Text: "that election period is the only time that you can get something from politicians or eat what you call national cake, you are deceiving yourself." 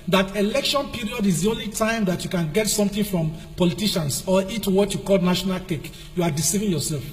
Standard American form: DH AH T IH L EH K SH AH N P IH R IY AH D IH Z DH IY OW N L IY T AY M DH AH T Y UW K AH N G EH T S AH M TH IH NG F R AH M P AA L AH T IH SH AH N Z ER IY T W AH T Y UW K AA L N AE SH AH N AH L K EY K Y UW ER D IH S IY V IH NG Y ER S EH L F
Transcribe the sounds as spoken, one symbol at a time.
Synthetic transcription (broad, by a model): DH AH T IH L EH K SH AH N P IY R IY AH D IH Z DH IY OW N L IY T AY M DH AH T Y UW K AH N G EH T S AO M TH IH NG F R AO M P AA L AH T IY SH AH N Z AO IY T W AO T Y UW K AA L N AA SH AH N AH L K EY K Y UW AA D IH S IY V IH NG Y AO S EH L F